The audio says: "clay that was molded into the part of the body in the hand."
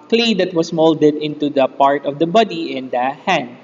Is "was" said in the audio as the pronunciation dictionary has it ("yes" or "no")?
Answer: no